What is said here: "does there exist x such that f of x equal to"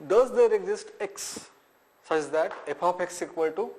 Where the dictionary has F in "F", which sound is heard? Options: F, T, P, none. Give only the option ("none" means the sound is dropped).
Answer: P